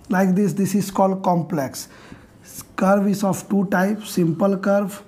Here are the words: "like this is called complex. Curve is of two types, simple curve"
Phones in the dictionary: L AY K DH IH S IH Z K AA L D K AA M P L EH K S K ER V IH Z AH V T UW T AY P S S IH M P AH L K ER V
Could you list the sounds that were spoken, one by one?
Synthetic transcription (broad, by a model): L AY K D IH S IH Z K AA L D K AA M P L EH K S K ER V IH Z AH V T UW T AY P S S IH M P AH L K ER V